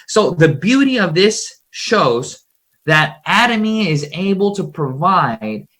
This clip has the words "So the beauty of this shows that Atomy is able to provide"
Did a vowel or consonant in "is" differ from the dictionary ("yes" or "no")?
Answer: no